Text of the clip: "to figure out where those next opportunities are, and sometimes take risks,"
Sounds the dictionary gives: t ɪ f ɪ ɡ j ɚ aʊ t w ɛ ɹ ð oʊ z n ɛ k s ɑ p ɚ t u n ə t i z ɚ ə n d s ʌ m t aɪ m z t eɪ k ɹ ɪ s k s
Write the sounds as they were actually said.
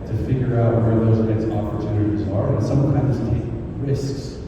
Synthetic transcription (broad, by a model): t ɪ f ɪ ɡ j ɚ aʊ t w ɛ ɹ ð oʊ z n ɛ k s ɑ p ɚ t u n ə t i z ɚ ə n s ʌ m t aɪ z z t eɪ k ɹ ɪ s k s